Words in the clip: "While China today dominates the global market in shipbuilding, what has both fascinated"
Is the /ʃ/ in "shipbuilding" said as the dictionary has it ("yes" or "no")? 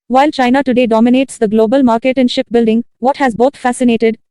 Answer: yes